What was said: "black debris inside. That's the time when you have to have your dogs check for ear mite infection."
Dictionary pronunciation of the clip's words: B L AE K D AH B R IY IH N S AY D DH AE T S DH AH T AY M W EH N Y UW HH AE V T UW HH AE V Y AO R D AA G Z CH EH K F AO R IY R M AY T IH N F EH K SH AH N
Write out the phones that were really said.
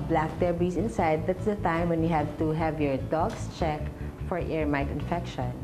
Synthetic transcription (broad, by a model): B L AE K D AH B IY IH N S AY D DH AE T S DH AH T AY M W EH N Y UW HH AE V T UW HH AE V Y AO R D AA G S CH EH K F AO R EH R M AY T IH N F EH K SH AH N